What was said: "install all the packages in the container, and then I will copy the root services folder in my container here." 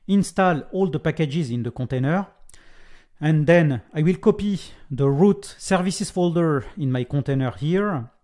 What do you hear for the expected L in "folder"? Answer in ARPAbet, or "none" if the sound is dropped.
L